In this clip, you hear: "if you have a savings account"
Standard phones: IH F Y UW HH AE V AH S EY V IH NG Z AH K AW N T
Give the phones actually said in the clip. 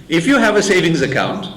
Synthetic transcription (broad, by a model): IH F Y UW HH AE V AH S EY V IH NG Z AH K AW N T